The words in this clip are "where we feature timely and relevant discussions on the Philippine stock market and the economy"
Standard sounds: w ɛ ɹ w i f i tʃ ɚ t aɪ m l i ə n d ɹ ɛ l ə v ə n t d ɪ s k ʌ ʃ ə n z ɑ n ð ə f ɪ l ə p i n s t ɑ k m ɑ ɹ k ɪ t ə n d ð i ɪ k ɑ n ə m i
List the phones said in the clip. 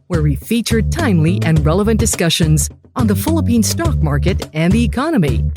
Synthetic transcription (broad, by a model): w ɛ ɹ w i f i tʃ ɚ t aɪ m l i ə n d ɹ ɛ l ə v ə n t d ɪ s k ʌ ʃ ə n z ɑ n ð ə f ɪ l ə p i n s t ɑ k m ɑ ɹ k ɪ t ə n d ð i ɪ k ɑ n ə m i